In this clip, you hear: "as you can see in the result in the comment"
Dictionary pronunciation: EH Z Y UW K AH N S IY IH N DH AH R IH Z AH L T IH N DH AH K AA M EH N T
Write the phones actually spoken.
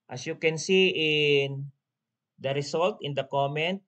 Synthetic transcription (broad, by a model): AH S Y UW K AH N S IY IH N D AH R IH S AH L T IH N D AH K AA M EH N T